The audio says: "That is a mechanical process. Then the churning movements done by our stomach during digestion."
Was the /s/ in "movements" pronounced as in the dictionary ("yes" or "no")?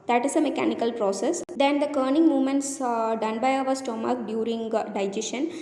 yes